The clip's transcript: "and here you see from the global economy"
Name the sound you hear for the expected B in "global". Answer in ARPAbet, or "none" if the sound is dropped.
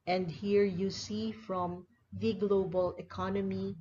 B